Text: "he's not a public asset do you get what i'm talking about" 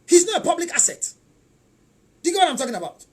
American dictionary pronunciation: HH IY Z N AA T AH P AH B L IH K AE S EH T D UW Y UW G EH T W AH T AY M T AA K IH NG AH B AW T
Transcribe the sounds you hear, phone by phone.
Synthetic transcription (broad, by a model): HH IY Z N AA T AH P AH B L IH K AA S EH T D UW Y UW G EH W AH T AY M T AA K IH NG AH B AW T